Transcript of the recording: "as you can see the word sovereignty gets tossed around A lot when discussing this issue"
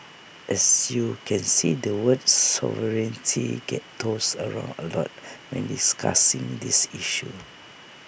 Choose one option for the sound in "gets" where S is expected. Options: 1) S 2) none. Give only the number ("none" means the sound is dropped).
2